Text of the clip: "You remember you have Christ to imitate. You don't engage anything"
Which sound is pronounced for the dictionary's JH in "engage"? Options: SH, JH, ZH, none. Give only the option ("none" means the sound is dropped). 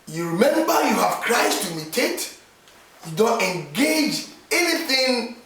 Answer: JH